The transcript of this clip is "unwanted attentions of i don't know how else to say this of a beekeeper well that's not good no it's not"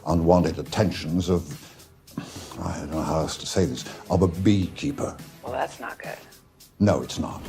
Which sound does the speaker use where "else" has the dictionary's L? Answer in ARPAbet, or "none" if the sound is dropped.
none